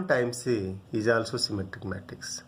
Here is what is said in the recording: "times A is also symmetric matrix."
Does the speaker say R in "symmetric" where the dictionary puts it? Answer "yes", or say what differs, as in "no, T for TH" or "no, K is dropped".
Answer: no, R is dropped